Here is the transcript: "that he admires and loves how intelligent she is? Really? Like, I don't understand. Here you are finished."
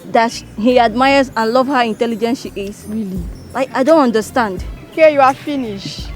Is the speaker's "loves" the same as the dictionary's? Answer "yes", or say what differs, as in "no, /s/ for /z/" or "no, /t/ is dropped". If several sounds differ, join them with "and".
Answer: no, /z/ is dropped